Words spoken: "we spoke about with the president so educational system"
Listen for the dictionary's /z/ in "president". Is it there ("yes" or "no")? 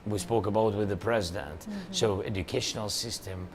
yes